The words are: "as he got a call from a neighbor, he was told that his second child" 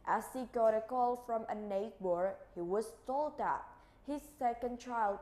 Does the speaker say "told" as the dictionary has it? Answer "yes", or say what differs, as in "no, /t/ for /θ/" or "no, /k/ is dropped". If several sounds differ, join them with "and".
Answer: yes